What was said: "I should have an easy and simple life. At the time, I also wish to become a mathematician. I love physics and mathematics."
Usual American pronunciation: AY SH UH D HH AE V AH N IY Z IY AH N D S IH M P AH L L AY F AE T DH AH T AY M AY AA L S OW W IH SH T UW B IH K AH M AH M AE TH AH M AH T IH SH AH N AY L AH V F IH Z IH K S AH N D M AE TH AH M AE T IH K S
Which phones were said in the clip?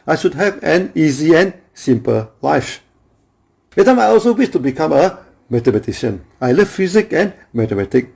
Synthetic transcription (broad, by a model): AY SH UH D HH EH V AH N IY Z IY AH N S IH M P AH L L AY F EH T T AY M AY AA L S OW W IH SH T UW B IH K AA M AH M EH T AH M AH T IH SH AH N AY L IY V F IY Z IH K AH N M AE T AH M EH T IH K